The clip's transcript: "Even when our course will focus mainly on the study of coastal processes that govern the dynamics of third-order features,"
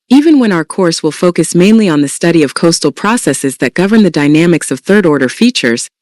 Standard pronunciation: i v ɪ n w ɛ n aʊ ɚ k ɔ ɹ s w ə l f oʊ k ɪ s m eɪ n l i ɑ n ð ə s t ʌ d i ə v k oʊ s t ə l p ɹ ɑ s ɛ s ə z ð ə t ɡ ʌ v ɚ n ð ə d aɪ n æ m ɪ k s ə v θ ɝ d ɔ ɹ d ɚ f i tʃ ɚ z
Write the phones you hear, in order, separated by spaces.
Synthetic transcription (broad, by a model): i v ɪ n w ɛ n aʊ ɚ k ɔ ɹ s w ə l f oʊ k ɪ s m eɪ n l i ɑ n ð ə s t ʌ d i ə v k oʊ s t l p ɹ ɑ s ɛ s ə z ð ə t ɡ ʌ v ɚ n ð ə d aɪ n æ m ɪ k s ə v θ ɝ d ɔ ɹ d ɚ f i tʃ ɚ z